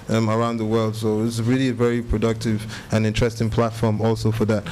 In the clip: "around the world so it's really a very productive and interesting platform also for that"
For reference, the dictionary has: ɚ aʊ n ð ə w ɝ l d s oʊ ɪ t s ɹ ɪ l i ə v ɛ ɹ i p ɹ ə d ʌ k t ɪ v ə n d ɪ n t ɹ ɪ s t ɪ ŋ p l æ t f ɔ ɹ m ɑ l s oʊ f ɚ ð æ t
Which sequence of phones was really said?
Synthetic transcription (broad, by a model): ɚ aʊ n ð ə w ɝ l d s oʊ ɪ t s ɹ ɪ l i ə v ɛ ɹ i p ɹ ə d ʌ k t ɪ v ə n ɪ n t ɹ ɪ s t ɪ ŋ p l æ t f ɔ ɹ m ɑ l s oʊ f ɚ ð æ t